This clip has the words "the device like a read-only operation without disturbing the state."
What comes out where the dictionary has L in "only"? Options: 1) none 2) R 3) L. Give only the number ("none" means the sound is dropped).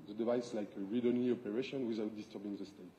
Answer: 1